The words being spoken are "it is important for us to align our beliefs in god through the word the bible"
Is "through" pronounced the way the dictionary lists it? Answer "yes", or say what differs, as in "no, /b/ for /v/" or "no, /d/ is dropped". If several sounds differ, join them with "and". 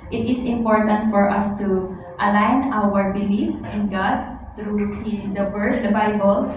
no, /t/ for /θ/